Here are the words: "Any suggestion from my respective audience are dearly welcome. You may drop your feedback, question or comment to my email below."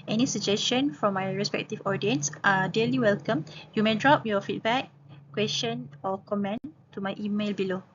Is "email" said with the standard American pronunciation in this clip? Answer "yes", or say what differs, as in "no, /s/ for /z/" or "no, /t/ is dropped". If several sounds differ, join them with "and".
yes